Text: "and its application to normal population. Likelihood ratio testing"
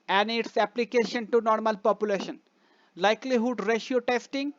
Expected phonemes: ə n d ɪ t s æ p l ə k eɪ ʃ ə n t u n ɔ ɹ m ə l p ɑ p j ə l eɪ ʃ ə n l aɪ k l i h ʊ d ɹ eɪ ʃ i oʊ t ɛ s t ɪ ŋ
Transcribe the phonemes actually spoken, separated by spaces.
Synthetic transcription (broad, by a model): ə n ɪ t s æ p l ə k eɪ ʃ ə n t u n ɔ ɹ m ə l p ɑ p j ə l eɪ ʃ ə n l aɪ k l i h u d ɹ eɪ ʃ i oʊ t ɛ s t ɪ ŋ